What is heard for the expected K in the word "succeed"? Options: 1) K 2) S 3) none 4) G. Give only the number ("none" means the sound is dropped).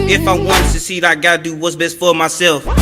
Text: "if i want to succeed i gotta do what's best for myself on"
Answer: 3